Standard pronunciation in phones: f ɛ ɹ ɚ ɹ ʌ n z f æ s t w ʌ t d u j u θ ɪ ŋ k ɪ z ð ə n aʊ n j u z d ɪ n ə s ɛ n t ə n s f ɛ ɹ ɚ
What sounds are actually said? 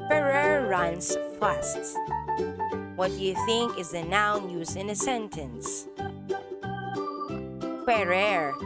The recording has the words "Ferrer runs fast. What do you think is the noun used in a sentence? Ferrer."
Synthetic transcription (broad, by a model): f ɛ ɹ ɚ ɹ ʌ n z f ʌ s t w ʌ t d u j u θ ɪ ŋ k ɪ z ð ə n aʊ n j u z ɪ n ə s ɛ n t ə n s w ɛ ɹ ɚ